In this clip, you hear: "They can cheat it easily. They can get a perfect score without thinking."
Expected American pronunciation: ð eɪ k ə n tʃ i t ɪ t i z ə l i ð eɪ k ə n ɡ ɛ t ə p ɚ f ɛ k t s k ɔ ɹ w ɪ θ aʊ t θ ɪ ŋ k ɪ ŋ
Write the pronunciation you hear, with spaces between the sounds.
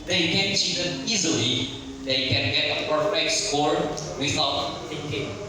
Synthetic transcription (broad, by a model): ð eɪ k ə n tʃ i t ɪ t i z ə l i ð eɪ k ə n ɡ ɛ t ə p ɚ ɛ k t s k ɔ ɹ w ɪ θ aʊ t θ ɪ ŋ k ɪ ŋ